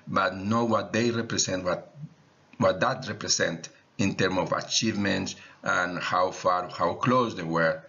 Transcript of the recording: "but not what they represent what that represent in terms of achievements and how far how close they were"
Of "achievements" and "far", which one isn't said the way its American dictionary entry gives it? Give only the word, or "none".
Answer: none